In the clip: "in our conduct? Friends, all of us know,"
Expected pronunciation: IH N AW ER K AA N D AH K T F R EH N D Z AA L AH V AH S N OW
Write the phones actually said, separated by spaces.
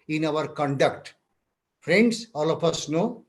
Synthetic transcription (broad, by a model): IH N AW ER K AA N D AH K T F R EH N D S AA L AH F AH S N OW